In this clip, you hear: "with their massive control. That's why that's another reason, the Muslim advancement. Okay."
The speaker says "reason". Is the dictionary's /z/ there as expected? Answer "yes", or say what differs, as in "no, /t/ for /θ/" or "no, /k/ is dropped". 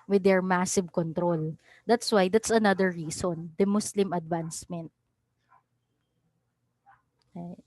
no, /s/ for /z/